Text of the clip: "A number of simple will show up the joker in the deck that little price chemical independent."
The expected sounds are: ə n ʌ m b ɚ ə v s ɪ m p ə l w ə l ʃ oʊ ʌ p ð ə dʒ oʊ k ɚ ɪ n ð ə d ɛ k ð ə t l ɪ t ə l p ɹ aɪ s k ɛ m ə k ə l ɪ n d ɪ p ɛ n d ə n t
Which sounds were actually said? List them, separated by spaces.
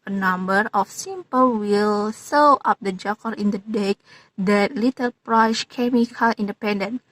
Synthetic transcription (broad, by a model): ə n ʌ m b ɚ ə f s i m p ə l w ə l s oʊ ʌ p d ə dʒ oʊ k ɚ ɪ n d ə d ɛ k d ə t l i t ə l p ɹ aɪ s k ɛ m ə k ə l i n d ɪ p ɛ n d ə n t